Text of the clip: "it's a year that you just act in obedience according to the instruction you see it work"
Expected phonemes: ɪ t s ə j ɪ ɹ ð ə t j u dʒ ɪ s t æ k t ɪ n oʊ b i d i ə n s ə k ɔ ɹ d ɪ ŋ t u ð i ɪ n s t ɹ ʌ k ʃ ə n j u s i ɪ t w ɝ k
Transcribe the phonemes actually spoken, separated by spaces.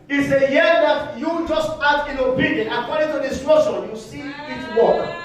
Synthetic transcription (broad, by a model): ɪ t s ə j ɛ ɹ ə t j u dʒ ɪ s t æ t ɪ n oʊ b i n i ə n ə k ɔ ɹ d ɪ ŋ t u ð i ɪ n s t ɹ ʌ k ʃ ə n j u s i ɪ t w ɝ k